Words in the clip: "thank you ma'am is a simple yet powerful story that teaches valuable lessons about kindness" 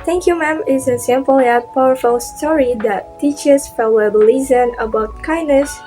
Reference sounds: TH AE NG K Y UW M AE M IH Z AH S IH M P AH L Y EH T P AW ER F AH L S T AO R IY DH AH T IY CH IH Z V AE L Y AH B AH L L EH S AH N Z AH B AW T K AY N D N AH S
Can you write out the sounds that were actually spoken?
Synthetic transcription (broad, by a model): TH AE NG K Y UW M AE M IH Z AH S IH M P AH L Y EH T P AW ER F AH L S T AO R IY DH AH T IY CH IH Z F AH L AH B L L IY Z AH N AH B AW T K AY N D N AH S